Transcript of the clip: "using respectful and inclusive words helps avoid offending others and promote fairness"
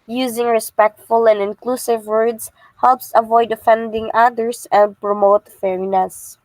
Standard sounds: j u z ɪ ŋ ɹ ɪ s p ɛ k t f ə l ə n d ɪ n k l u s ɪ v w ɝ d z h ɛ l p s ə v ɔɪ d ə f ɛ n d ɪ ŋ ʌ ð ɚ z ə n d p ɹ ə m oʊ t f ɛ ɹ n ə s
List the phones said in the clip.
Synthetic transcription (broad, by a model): j u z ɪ ŋ ɹ ɪ s p ɛ k t f ə l ə n d ɪ n k l u s ɪ v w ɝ d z h ɛ l p s ə v ɔɪ d ə f ɛ n d ɪ ŋ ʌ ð ɚ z ə n d p ɹ ə m oʊ t f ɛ ɹ n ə s